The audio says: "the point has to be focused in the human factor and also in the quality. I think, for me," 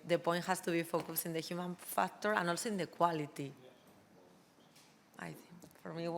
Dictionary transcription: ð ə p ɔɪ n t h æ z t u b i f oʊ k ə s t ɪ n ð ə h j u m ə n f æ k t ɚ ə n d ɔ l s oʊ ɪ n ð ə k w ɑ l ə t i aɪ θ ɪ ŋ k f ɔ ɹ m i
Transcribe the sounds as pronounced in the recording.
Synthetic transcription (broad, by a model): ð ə p ɔɪ n t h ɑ s t u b i f oʊ k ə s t ɪ n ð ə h j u m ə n f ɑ k t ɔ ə n ɔ l s oʊ ɪ n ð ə k w ɑ l ə t i aɪ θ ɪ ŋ k f ɔ ɹ m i